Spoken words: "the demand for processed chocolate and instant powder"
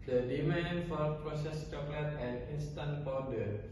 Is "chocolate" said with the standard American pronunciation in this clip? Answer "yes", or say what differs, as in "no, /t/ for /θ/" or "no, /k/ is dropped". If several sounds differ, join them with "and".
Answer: yes